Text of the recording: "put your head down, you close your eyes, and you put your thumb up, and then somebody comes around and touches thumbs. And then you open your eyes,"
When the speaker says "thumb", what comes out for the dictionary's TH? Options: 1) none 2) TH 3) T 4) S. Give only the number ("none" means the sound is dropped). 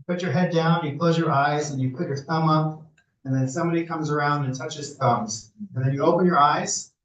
2